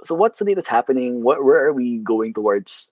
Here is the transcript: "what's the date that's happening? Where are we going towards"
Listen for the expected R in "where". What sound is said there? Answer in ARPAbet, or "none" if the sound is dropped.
W